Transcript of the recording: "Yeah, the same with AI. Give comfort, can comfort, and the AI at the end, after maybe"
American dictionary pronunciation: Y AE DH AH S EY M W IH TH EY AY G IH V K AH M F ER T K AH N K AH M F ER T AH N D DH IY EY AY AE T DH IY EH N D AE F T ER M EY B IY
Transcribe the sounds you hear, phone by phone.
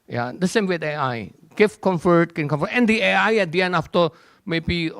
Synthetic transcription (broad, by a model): Y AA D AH S EY M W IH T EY AY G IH F K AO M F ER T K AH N K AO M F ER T AH N D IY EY AY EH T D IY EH N AA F T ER M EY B IY